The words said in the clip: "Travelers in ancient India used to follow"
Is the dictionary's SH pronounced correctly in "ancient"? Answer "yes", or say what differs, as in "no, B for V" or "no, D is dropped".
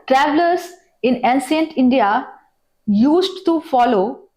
no, S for SH